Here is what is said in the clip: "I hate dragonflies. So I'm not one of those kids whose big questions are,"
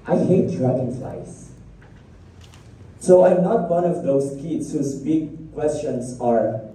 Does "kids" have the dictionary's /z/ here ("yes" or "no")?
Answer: no